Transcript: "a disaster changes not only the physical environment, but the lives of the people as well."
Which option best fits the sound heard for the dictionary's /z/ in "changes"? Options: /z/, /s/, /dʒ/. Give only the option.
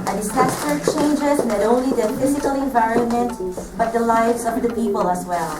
/z/